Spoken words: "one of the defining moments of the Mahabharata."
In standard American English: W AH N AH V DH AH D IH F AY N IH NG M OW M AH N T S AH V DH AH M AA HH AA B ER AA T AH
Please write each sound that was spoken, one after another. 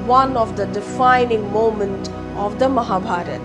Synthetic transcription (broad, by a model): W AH N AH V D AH D IH F AY N IH NG M OW M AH N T AH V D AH M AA HH AA B AA T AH